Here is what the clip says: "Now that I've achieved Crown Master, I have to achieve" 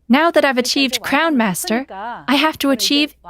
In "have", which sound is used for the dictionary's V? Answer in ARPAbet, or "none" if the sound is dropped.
F